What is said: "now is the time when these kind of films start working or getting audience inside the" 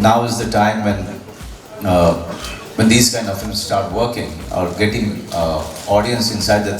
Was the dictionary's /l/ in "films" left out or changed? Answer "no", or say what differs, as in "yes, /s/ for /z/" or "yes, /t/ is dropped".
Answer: yes, /l/ is dropped